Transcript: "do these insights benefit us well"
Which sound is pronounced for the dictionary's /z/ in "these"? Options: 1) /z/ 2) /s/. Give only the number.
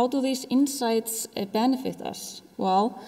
2